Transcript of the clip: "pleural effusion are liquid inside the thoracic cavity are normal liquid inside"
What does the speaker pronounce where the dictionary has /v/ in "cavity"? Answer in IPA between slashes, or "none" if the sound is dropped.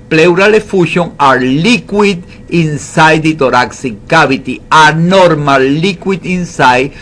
/b/